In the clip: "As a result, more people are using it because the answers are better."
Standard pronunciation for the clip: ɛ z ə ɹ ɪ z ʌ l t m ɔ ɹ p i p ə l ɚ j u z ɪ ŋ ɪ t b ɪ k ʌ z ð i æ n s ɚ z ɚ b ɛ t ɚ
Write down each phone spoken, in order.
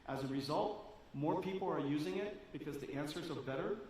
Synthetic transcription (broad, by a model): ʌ z ə ɹ ɪ z ʌ l t m ɔ ɹ p i p l ɚ j u z ɪ ŋ ɪ t b ɪ k ʌ z ð i æ n s ɚ z ɚ b ɛ t ɚ